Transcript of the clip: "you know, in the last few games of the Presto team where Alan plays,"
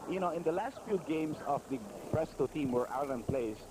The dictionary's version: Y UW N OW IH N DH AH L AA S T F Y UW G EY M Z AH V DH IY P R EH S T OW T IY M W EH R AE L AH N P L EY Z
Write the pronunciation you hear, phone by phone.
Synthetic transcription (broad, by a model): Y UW N OW IH N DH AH L AA S T F Y UW G EY M S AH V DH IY P R EH S T OW T IY M W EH R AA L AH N P L EY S